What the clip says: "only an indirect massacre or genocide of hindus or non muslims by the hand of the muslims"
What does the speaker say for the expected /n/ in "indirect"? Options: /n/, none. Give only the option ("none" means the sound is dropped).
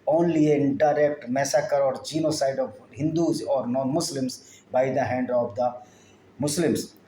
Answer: none